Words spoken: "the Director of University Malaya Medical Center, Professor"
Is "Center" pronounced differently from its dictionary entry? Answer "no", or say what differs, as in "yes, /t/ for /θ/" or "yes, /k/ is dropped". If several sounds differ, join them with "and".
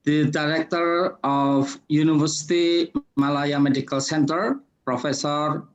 no